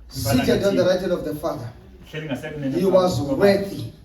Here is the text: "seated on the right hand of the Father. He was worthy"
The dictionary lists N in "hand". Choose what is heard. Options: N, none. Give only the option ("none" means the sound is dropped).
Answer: none